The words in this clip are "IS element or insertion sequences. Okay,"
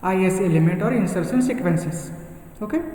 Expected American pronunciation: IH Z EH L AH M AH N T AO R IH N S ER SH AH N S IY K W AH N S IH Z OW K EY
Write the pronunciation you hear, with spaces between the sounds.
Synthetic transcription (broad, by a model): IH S EH L AH M AH N T AO R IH N S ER S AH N S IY K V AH N S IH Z OW K EY